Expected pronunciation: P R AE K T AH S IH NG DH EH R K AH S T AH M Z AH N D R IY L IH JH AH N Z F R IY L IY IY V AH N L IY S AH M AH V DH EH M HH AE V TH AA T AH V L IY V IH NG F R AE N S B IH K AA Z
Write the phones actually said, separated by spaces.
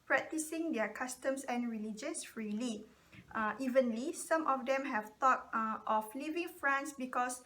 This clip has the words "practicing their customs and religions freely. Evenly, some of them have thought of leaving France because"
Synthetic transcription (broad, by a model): P R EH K T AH S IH NG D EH K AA S T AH M S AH N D R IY L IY JH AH N S F R IY L IY IY V AH N L IY S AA M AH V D EH M HH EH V T AA T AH F L IY V IH NG F R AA N S B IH K AA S